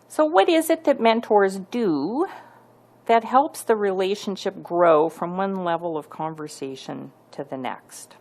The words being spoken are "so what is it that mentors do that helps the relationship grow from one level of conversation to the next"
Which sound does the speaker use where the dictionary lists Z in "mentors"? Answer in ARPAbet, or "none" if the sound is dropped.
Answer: Z